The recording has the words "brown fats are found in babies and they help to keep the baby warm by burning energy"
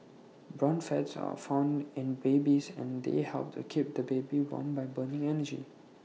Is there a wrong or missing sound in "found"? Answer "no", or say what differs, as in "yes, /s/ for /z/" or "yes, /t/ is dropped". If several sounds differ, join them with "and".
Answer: no